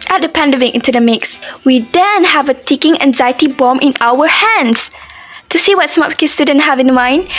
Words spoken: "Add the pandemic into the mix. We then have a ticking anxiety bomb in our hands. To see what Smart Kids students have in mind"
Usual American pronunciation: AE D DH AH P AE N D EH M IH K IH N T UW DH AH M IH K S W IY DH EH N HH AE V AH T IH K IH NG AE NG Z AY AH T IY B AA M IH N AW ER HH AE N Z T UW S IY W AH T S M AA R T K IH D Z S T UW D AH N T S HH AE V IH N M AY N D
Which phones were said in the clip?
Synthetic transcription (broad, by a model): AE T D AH P AE N D EH M IH K IH N T UW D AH M IH K S W IY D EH N HH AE V AH T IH K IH NG AE NG Z AY AH T IY B AA M IH N AW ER HH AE N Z T UW S IY W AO T S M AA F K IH S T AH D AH N HH AE V IH N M AY N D